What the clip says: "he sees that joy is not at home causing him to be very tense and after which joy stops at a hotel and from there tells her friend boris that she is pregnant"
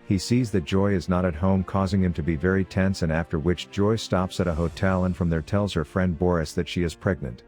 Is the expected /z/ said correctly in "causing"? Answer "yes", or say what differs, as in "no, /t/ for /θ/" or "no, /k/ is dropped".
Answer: yes